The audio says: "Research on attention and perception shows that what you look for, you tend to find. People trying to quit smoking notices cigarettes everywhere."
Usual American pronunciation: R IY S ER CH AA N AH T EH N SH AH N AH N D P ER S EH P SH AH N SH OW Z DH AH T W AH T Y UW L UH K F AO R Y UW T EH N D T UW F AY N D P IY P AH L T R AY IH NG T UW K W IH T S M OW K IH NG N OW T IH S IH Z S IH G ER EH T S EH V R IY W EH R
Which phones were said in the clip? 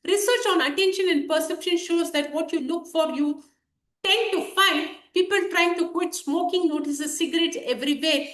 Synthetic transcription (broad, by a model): R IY S ER CH AA N AH T EH N SH AH N AH N D P ER S EH P SH AH N SH OW Z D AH T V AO T Y UW L UH K F AO R Y UW T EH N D T UW F AY N D P IY P AH L T R AY IH NG T UW K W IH T S M OW K IH NG L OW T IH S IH S IH G ER EH T S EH V R IY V EH